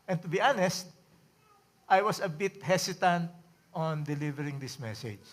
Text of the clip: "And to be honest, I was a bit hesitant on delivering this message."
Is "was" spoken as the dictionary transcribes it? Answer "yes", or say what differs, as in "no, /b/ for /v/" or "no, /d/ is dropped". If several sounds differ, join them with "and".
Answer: no, /s/ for /z/